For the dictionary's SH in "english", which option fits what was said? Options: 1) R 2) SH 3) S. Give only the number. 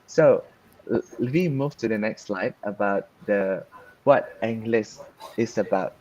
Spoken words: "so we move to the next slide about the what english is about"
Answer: 3